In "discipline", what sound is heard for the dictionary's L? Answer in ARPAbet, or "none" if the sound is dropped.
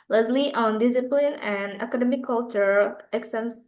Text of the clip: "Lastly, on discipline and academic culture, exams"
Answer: L